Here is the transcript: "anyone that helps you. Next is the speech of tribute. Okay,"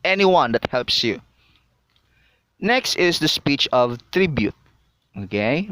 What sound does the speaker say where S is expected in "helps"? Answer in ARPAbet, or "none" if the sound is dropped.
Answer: S